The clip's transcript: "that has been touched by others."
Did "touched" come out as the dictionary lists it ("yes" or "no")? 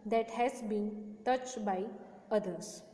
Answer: yes